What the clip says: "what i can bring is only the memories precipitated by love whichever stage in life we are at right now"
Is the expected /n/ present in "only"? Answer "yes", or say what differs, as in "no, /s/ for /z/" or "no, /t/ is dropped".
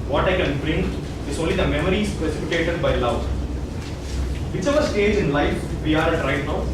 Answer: yes